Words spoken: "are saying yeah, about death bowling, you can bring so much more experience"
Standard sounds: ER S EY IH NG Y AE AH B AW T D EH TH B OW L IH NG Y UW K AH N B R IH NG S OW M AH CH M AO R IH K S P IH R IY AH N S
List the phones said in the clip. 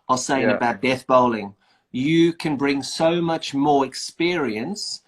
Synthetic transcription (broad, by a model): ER S EY IH NG AH B AW T D EH TH B OW L IH NG Y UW K AH N B R IH NG S OW M AH CH M AO R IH K S P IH R IY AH N S